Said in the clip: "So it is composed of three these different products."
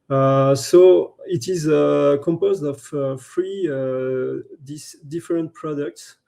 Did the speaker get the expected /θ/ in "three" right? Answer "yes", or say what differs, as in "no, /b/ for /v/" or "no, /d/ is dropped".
no, /f/ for /θ/